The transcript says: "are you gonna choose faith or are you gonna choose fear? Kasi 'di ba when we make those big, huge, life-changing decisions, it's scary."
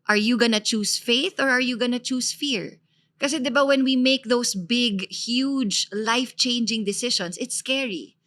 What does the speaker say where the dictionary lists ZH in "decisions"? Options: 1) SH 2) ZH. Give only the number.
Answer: 1